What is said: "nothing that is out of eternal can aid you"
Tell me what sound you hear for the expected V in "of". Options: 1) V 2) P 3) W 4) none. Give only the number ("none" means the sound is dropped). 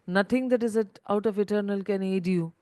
2